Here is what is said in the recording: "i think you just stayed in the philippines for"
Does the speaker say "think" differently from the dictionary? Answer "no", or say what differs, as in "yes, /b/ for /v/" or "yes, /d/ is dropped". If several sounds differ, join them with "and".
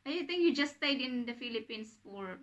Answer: yes, /t/ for /θ/